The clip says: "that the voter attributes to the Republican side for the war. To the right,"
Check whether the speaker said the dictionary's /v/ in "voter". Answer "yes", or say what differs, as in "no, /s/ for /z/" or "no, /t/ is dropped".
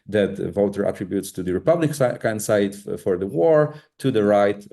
yes